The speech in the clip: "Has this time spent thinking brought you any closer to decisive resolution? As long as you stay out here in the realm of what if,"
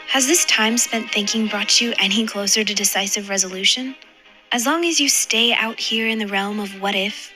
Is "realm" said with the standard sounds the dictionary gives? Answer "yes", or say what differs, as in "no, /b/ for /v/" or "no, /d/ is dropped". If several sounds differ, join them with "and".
yes